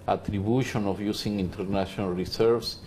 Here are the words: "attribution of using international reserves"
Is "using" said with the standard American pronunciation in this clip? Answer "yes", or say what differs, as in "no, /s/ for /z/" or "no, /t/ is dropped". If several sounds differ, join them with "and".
no, /s/ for /z/